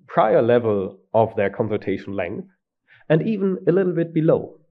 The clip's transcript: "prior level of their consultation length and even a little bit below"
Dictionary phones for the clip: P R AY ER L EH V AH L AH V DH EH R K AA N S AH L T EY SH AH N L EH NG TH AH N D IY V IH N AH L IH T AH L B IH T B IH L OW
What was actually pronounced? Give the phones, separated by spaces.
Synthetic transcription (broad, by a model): P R AY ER L EH V AH L AH V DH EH R K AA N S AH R T EY SH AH N L EH NG TH AH N D IY V IH N AH L IH T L B IH T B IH L OW